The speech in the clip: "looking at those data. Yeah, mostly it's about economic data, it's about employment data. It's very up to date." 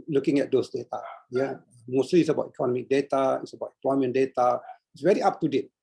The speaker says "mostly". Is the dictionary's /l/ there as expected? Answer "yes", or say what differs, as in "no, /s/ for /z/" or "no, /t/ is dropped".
no, /l/ is dropped